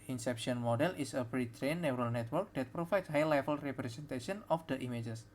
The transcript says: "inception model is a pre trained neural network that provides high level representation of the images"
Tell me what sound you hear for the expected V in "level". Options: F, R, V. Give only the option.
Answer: F